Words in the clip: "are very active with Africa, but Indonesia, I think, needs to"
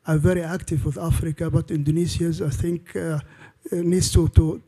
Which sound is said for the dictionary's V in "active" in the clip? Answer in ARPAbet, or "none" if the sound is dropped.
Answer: V